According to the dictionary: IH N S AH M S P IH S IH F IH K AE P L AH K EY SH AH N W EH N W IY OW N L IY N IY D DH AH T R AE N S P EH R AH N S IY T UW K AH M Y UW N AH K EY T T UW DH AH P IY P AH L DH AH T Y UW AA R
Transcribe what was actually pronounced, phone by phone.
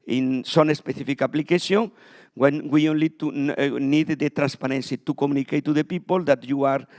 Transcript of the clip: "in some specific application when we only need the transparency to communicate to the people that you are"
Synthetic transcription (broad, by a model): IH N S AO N S P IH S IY F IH K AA P L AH K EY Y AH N W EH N W IY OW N L IY N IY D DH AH T R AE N S P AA R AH N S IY T UW K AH M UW N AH K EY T T UW DH AH P IY P AH L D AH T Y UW AA R